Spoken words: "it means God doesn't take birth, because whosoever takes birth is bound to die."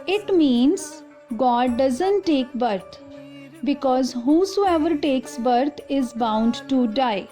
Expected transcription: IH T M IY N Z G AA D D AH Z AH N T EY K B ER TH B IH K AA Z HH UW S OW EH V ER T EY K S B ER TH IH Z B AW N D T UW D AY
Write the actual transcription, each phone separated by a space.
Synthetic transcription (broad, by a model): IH T M IY N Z G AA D D AH Z AH N T EY K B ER T B IH K AA Z HH UW S OW EH V ER T EY K S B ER T IH Z B AW N D T UW D AY